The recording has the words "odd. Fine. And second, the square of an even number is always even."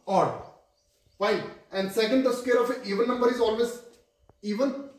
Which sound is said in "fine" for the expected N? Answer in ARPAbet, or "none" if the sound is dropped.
none